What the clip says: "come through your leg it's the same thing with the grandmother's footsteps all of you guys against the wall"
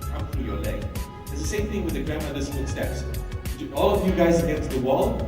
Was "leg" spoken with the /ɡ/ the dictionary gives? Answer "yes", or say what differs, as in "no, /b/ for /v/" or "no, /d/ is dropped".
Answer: no, /ɡ/ is dropped